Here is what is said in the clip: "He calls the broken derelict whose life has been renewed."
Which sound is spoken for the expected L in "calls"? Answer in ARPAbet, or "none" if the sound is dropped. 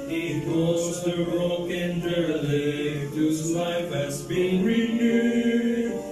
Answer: none